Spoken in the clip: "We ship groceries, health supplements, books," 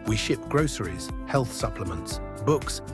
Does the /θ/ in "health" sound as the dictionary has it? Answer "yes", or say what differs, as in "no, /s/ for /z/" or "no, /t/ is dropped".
yes